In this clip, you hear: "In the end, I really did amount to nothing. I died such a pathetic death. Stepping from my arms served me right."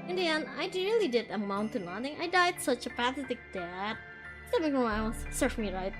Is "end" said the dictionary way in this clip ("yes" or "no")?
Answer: no